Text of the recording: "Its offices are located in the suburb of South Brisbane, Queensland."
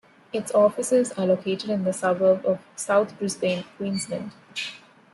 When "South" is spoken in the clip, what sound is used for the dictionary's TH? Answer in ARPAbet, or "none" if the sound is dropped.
T